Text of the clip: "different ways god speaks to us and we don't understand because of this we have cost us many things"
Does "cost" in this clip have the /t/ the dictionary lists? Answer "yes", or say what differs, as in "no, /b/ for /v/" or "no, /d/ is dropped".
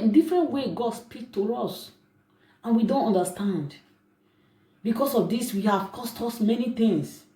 yes